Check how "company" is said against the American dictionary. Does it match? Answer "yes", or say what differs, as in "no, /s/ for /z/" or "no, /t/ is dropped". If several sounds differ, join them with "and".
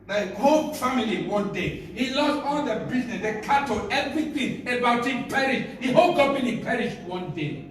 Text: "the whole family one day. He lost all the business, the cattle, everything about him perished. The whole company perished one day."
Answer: no, /p/ is dropped